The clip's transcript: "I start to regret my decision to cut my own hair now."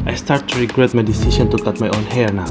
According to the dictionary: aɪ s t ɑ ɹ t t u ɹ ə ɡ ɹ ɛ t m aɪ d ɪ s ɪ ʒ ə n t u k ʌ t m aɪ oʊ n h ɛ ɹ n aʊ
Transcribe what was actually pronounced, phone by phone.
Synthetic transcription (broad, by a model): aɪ s t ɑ ɹ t t u ɹ ə ɡ ɹ ɛ t m aɪ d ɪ s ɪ s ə n t u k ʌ t m aɪ oʊ n h ɛ ɹ n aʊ